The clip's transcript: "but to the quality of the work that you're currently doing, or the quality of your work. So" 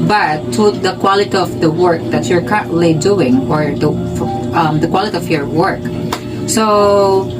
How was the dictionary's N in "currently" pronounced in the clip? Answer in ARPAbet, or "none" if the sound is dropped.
none